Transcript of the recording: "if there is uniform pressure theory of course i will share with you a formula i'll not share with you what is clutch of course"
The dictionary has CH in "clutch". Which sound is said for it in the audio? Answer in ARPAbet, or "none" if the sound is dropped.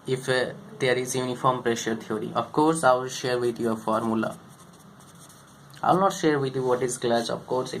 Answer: S